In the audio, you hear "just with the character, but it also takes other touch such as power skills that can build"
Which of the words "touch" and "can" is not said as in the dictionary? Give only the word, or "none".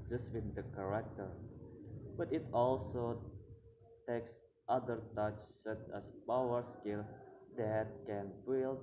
none